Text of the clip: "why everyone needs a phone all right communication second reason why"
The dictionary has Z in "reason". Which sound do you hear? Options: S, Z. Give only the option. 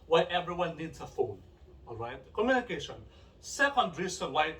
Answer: S